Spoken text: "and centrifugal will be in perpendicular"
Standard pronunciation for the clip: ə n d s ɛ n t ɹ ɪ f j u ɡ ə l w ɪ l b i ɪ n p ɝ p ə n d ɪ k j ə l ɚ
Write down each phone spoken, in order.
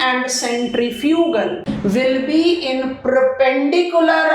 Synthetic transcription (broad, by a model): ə n d s ɛ n t ɹ ɪ f j u ɡ ə l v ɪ l b i ɪ n p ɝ p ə n d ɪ k j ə l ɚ